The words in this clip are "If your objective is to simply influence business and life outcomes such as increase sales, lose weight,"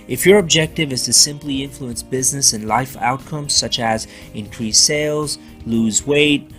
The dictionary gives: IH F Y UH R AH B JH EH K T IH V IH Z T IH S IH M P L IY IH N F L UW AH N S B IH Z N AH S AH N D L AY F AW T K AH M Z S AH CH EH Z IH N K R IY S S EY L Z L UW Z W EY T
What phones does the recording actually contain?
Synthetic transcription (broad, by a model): IH F Y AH R AH B JH EH K T IH V IH Z T IH S IH M P L IY IH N F L UW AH N S B IH Z N AH S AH N L AY F AW T K AH M Z S AH CH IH Z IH N K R IY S S EY L Z L UW Z W EY T